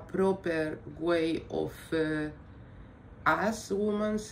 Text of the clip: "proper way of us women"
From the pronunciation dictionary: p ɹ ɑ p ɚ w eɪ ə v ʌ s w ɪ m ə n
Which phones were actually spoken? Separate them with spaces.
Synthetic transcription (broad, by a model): p ɹ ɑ p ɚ w eɪ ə f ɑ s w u m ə n